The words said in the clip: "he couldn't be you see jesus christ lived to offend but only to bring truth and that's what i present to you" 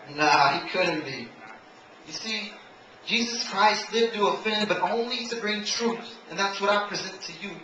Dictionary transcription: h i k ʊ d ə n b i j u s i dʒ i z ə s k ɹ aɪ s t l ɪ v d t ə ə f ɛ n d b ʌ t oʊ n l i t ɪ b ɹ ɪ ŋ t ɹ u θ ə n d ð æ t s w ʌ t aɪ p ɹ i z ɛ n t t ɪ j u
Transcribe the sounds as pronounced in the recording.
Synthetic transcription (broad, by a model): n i k ʊ d n b i j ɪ s i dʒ i z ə s k ɹ aɪ s t l ɪ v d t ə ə f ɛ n b ʌ t oʊ n l i t ɪ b ɹ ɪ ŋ t ɹ u θ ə n ð æ t s w ʌ t aɪ p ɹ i z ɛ n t t ɪ j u